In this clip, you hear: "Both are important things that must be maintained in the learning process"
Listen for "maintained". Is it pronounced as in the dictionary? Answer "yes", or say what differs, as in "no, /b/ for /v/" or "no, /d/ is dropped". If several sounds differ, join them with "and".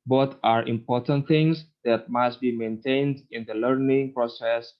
yes